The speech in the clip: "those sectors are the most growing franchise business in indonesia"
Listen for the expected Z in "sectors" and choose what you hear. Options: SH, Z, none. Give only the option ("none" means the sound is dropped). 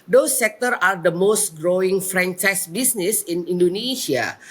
none